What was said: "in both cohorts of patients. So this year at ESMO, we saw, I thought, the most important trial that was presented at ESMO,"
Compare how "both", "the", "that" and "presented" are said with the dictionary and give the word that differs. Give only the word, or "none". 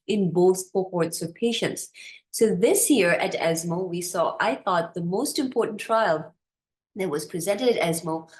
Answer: none